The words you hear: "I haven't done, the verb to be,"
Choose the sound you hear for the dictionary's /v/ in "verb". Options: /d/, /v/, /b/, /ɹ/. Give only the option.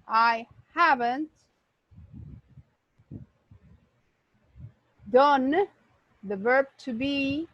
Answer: /v/